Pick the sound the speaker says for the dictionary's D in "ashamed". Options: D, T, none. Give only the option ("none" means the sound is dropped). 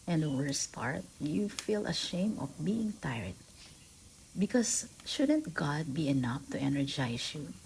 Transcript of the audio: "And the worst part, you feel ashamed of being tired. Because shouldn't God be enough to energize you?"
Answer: none